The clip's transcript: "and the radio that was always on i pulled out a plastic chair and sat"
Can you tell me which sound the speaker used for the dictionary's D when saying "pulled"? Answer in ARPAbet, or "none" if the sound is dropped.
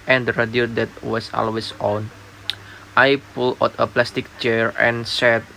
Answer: none